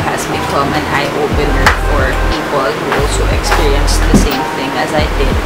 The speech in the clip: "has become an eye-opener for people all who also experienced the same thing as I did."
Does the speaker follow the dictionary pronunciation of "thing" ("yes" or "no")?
yes